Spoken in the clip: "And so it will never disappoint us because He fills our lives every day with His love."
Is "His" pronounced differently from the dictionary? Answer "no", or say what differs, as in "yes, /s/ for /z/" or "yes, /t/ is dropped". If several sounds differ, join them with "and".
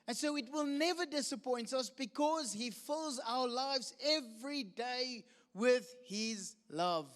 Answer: no